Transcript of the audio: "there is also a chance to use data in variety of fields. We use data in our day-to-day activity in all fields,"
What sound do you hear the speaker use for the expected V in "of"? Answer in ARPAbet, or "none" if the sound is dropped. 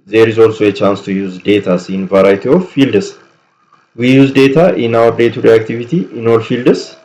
F